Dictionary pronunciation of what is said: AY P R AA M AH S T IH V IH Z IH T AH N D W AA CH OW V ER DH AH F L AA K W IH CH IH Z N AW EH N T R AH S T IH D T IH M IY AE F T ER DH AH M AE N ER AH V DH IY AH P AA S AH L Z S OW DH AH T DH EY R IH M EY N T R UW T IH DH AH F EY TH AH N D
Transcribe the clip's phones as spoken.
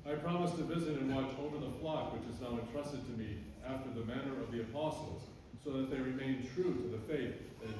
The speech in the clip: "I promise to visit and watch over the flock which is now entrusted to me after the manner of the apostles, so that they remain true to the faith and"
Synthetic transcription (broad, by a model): AY P R AA M AH S T IH V IH Z IH T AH N W AA CH OW V ER DH AH F L AA K W IH CH IH Z N AW EH N T R AH S T IH D T IH M IY AE F T ER DH AH M AE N ER AH V DH IY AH P AA S L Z S OW DH AH T DH EY R IH M EY N T R UW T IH DH AH F EY TH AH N